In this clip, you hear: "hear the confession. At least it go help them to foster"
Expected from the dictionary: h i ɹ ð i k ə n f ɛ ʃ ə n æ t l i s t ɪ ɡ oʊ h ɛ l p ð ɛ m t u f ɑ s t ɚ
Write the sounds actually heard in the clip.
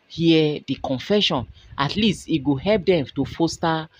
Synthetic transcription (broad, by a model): h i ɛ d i k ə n f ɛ ʃ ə n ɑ t l i s t ɪ ɡ oʊ h ɛ l p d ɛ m t u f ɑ s t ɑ